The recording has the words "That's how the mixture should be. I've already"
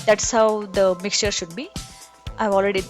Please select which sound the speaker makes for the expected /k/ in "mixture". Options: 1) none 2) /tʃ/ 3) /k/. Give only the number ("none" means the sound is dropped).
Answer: 3